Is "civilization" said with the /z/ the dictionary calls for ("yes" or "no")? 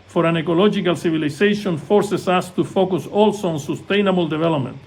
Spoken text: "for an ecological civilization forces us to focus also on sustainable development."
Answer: no